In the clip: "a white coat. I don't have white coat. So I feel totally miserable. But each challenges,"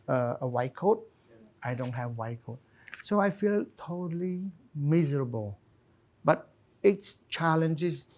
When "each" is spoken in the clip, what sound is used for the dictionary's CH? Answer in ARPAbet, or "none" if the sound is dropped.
S